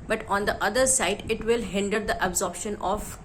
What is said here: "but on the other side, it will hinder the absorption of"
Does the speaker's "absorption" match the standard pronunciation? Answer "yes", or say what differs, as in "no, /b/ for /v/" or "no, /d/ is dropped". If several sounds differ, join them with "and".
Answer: yes